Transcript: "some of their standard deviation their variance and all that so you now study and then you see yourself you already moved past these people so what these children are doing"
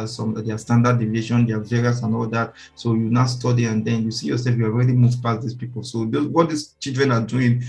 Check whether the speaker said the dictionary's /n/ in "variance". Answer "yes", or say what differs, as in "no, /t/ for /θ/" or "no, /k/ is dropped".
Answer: no, /n/ is dropped